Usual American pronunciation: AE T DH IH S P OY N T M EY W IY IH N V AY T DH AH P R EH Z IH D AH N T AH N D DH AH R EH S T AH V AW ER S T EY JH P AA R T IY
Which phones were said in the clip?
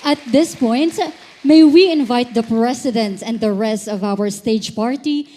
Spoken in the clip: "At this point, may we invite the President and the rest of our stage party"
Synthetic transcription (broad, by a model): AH T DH IH S P OY N T M EY W IY IH N V AY T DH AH P R EH S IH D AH N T AH N D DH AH R EH S T AH V AW ER S T EY JH P AA R T IY